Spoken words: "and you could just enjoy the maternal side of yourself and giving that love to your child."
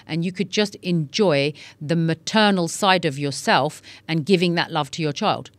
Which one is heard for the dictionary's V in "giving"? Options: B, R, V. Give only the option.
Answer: V